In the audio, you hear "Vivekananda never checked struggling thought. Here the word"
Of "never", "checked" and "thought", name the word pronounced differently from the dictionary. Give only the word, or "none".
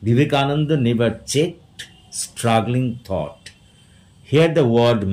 thought